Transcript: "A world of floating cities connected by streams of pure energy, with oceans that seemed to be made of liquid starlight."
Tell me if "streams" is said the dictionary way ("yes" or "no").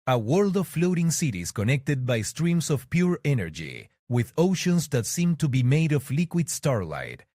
no